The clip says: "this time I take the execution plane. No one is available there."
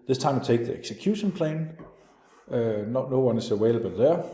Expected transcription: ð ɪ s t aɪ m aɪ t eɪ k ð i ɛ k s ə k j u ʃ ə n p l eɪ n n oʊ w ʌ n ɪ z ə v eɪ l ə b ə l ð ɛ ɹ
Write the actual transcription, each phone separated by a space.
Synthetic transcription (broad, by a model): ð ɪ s t aɪ m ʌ t eɪ k ð i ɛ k s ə k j u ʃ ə n p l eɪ n n oʊ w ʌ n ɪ s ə w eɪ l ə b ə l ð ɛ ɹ